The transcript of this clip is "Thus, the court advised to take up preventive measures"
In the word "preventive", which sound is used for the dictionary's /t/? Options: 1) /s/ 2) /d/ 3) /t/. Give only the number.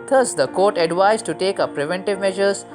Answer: 3